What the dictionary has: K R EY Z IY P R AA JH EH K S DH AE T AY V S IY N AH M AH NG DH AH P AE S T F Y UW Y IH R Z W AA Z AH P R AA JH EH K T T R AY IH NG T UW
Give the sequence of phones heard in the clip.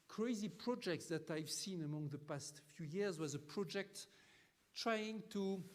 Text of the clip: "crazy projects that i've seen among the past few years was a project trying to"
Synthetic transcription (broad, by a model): K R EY Z IY P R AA JH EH K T DH AE T AY V S IY N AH M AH NG DH AH P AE S T F Y UW Y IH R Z W AA Z AH P R AA JH EH K T T R AY IH NG T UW